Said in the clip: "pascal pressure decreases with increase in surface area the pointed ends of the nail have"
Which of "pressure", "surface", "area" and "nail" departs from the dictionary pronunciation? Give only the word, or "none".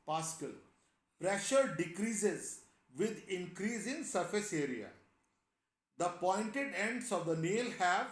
none